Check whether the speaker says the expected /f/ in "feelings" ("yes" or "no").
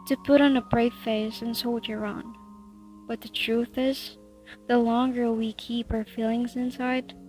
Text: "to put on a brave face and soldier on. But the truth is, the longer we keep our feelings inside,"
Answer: yes